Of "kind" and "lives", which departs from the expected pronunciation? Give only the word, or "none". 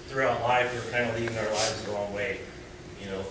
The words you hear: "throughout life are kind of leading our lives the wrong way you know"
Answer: none